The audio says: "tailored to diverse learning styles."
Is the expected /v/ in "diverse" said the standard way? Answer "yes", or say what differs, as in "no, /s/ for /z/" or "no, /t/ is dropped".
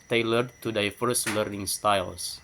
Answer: no, /f/ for /v/